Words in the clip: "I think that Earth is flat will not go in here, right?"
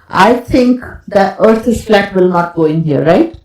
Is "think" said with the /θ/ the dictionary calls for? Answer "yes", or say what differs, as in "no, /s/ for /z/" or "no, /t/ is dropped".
no, /t/ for /θ/